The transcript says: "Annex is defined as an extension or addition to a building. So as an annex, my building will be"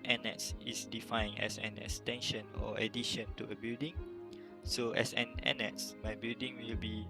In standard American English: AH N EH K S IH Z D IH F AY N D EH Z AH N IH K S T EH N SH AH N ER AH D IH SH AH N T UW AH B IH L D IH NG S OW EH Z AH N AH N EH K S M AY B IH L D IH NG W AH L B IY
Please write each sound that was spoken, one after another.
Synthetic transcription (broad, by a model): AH N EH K S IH S D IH F AY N EH S AH N IH K S T EH N SH AH N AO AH D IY SH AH N T UW AH B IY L D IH NG S OW EH S AH N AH N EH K S M AY B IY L D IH NG W AH L B IY